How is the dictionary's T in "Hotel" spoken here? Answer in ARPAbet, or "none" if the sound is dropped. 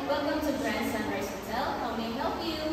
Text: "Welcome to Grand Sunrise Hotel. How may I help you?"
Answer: S